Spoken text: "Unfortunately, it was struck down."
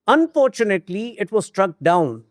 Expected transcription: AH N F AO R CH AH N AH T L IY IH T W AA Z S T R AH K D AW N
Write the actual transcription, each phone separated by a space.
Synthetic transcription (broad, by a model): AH N F AO R CH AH N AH T L IY IH T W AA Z S T R AH K D AW N